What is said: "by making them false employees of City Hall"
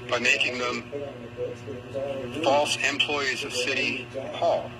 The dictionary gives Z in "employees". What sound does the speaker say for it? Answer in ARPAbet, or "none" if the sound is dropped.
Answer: Z